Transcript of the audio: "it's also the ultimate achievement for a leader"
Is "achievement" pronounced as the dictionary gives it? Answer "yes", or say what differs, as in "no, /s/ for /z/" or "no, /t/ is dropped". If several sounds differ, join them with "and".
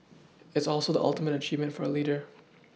yes